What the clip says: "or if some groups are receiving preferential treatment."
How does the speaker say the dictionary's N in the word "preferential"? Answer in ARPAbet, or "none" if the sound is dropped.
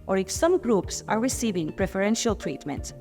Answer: N